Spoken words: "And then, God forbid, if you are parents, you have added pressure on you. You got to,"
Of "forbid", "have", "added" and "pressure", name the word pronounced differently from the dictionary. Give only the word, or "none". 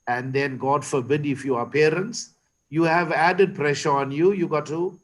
none